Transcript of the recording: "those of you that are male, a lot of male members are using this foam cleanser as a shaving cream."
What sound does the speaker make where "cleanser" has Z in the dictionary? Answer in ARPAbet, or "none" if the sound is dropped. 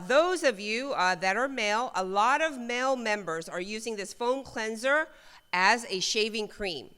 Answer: Z